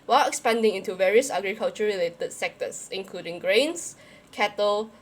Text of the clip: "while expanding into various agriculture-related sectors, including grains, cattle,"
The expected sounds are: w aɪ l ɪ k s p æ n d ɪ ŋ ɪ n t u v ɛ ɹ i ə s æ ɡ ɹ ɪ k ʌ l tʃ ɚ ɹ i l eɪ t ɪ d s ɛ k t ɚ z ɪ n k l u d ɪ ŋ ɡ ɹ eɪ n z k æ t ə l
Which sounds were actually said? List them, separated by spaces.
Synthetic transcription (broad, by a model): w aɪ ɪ k s p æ n d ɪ ŋ ɪ n t u v ɛ ɹ i ə s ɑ ɡ ɹ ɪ k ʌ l tʃ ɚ ɹ i l eɪ t ɪ d s ɛ k t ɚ s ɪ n k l u d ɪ ŋ ɡ ɹ eɪ n s k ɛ t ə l